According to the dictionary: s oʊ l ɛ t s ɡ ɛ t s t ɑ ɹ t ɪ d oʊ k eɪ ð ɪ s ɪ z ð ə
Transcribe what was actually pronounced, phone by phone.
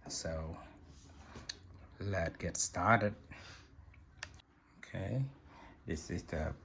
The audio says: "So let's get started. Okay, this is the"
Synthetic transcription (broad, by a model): s oʊ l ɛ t ɡ ɛ t s t ɑ ɹ t ɪ d oʊ k eɪ ð ɪ s ɪ z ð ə